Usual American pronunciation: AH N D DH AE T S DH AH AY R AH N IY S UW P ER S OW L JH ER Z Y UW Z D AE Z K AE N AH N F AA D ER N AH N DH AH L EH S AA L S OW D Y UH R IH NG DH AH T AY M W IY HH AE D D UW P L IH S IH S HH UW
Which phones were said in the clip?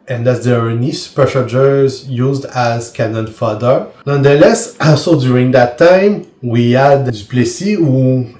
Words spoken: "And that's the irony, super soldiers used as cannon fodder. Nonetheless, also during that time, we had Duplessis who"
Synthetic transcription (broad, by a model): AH N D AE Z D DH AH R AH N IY S UW P ER SH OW JH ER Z Y UW Z D AE Z K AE N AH N F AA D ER N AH N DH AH L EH S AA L S OW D Y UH R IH NG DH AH T AY M W IY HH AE D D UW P L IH S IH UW